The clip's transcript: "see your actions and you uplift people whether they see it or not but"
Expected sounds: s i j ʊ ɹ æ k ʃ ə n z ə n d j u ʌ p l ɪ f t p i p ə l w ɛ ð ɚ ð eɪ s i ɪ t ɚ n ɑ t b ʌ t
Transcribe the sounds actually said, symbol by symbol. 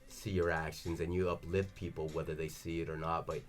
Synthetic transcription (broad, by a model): s i j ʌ ɹ æ k ʃ ə n z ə n j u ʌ p l ɪ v p i p l w ɛ ð ɚ ð eɪ s i ɪ t ɚ n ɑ t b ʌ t